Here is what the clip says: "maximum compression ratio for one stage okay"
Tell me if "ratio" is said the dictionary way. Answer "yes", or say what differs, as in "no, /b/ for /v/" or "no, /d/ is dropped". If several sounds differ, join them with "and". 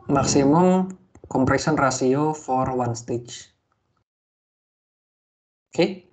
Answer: no, /s/ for /ʃ/